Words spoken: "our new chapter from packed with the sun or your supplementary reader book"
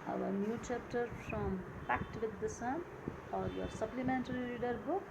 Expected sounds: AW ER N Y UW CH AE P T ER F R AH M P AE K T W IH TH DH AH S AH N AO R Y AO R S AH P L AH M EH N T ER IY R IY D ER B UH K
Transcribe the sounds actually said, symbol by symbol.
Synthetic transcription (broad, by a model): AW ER N Y UW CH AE P T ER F R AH M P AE K T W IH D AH S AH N AO R Y AO R S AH P L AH M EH N T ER IY L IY D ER B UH K